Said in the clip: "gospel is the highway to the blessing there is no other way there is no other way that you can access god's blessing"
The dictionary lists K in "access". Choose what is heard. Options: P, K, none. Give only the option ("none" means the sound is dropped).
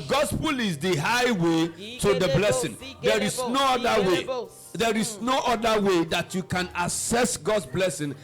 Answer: none